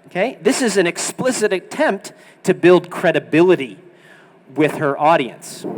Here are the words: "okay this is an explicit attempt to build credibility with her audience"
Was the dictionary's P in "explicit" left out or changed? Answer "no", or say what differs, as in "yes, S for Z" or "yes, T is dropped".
no